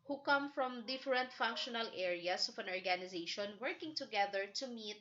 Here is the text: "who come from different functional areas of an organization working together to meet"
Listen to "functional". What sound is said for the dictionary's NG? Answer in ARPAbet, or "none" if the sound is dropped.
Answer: NG